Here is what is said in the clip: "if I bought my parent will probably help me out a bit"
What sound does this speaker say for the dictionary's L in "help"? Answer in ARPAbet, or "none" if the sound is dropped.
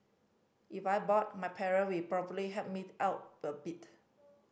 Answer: none